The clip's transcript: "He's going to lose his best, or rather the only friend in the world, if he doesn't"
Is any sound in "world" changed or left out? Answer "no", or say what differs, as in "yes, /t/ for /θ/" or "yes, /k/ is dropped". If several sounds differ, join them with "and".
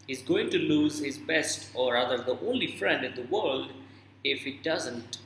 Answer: no